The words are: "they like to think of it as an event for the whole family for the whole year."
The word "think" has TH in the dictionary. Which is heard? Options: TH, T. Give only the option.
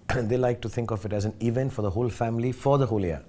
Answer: T